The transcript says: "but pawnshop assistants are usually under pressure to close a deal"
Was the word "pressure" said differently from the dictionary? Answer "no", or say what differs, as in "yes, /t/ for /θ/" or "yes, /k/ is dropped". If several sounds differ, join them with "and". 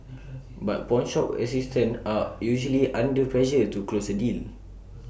yes, /l/ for /ɹ/